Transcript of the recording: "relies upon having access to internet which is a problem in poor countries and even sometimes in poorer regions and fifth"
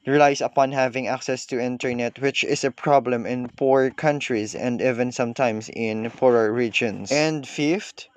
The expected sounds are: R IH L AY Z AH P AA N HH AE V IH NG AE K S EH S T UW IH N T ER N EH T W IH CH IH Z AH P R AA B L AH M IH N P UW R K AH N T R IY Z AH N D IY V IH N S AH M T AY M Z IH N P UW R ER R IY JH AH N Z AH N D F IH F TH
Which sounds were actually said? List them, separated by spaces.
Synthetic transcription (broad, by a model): R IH L AY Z AH P AA N HH AE V IH NG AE K S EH S T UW IH N T ER N EH T W IH CH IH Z AH P R AA B L AH M IH N P UW R K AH N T R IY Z AH N D IY V IH N S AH M T AY M S IH N P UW R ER R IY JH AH N S AH N D F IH F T